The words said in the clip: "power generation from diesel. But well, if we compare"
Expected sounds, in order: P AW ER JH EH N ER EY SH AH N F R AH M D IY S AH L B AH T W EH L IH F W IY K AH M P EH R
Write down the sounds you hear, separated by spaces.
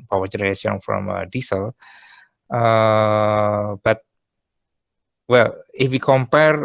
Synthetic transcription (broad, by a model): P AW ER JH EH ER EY S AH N F R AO M D IY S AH L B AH T W EH L IH F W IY K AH M P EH R